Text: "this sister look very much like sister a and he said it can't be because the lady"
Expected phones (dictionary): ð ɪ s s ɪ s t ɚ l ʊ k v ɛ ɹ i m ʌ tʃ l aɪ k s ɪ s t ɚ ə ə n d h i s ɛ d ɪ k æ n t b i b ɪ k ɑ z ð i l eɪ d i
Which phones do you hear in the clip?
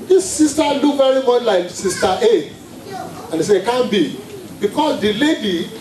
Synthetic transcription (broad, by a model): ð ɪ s s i s t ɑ l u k v ɛ ɹ i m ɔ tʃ l aɪ k s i s t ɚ ə ə n d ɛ s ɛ ɪ k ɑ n b i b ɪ k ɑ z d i l eɪ d i